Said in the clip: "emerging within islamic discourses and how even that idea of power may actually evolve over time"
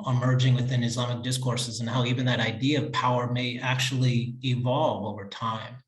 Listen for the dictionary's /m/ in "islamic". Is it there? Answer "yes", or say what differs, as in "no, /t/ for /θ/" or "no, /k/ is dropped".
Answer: yes